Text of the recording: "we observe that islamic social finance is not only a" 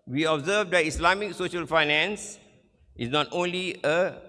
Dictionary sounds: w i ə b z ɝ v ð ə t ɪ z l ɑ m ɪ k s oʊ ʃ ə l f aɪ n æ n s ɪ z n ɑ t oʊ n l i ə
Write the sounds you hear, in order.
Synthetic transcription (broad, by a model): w i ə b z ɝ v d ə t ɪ s l ɑ m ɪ k s oʊ ʃ ə l f aɪ n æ n s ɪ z n ɑ t oʊ n l i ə